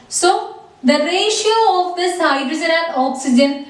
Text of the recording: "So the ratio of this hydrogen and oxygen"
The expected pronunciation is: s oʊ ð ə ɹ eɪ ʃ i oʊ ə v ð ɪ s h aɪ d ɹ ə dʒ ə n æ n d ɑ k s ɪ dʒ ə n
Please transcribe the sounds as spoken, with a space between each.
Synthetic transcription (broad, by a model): s oʊ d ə ɹ eɪ ʃ i oʊ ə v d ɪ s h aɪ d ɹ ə z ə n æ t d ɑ k s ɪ dʒ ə n